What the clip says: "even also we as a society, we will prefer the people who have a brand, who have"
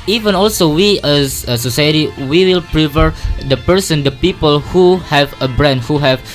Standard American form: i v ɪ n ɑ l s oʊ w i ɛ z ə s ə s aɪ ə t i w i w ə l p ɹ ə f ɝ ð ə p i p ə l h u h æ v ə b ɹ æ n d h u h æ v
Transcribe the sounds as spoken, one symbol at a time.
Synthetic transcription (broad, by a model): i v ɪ n ɑ l s oʊ w i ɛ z ə s ə s aɪ ə t i w i w ə l p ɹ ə p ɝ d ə p i p ə l h u h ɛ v ə b ɹ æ n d h u h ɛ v